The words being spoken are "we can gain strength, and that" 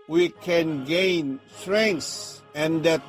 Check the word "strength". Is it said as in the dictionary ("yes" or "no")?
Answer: no